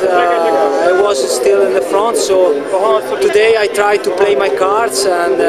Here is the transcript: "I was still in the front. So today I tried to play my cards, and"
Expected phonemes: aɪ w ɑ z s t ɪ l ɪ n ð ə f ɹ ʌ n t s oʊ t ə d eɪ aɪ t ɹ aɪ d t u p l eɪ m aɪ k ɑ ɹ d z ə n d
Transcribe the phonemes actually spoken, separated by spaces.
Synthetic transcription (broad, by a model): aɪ w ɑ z s t ɪ l ɪ n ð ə f ɹ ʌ n t s oʊ t ə d eɪ aɪ t ɹ aɪ d t u p l eɪ m aɪ k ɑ ɹ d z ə n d